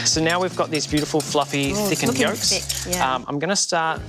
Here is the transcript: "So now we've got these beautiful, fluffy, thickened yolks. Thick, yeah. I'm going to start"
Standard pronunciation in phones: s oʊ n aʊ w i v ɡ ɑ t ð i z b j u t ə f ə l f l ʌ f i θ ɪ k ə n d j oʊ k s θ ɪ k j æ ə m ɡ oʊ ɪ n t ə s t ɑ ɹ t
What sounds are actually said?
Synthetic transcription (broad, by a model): s oʊ n aʊ w i v ɡ ɑ t ð i z b j u t ə f ə l f l ʌ f i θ ɪ k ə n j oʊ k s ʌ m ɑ ə m ɡ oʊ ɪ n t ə s t ɑ ɹ t